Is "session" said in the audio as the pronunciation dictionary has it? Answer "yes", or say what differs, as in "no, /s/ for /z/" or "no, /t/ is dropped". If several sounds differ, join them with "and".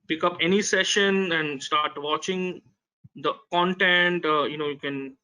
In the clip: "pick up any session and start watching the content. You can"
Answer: yes